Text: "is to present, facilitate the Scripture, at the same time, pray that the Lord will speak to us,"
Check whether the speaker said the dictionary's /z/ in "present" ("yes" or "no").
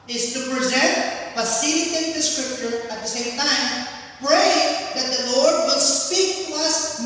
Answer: yes